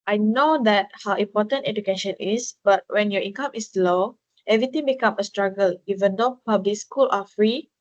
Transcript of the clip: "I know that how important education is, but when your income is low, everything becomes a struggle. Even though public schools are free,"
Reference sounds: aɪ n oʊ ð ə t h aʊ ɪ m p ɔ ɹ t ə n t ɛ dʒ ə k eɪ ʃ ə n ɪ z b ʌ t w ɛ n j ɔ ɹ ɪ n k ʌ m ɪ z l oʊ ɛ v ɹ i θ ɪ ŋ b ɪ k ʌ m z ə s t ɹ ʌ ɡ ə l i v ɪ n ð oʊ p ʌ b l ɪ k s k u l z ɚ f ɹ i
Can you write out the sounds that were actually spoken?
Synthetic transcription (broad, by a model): aɪ n oʊ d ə t h aʊ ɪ m p ɔ t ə n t ɛ dʒ ə k eɪ ʃ ə n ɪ s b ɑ t w ɛ n j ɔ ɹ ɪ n k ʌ m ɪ s l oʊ ɛ v ɹ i t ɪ ŋ b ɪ k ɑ m ə s t ɹ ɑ ɡ ə l i v ɪ n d oʊ p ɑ b l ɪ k s k u l ɑ f ɹ i